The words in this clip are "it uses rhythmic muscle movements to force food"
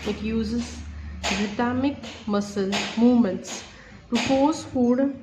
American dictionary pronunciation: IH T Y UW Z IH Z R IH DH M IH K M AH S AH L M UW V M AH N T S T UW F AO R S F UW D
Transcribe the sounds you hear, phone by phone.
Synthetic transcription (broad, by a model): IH T Y UW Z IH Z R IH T M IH K M AH S AH L M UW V M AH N T S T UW P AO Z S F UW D